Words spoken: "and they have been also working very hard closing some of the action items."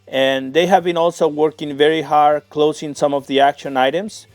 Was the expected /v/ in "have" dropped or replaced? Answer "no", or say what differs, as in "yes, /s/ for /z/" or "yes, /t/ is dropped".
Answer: no